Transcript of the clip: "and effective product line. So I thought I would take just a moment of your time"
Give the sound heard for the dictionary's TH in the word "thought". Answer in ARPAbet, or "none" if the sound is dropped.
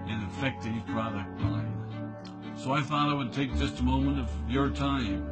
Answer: TH